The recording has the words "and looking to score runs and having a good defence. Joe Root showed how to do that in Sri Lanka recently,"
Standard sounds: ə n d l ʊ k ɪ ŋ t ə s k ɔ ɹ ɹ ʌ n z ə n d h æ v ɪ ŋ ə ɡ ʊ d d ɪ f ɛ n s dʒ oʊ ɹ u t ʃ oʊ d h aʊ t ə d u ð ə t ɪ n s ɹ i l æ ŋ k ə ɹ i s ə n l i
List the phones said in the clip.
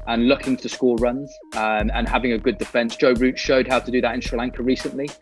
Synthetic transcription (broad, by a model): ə n l ʊ k ɪ ŋ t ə s k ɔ l ɹ ʌ n z ə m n h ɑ v ɪ ŋ ə ɡ ʊ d d ɪ f ɛ n s dʒ oʊ ɹ u t ʃ oʊ d h aʊ t ə d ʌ ð ə t ɪ n s ɹ i l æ ŋ k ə ɹ i s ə n l i